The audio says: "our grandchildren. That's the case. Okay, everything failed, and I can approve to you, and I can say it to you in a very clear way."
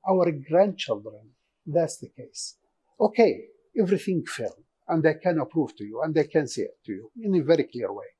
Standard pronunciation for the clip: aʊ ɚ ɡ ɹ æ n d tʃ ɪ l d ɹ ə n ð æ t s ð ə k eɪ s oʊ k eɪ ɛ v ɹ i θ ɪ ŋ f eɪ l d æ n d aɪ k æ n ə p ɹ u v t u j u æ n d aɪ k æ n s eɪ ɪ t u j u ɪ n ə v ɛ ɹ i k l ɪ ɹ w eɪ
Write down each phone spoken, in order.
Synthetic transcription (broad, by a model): aʊ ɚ ɡ ɹ æ n d tʃ ɪ l d ɹ ə n ð æ t s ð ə k eɪ s oʊ k eɪ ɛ v ɹ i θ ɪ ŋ f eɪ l æ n d aɪ k æ n ə p ɹ u v t u j u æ n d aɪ k æ n s eɪ ɪ t u j u ɪ n ə v ɛ ɹ i k l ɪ ɹ w eɪ